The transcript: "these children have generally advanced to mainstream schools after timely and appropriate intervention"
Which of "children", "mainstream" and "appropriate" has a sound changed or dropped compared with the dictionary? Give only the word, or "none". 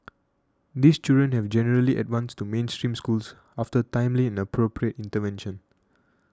children